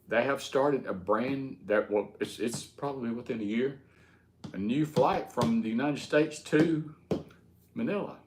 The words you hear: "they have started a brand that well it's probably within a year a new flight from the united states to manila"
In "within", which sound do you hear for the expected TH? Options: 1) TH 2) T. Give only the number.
1